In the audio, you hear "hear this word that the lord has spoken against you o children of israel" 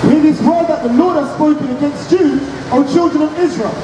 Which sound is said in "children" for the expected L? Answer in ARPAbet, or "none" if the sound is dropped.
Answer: L